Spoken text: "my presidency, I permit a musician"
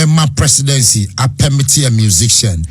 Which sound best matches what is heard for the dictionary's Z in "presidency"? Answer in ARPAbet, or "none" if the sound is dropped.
S